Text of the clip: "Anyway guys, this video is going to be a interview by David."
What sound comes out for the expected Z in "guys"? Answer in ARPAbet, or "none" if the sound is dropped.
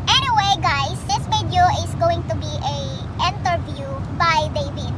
S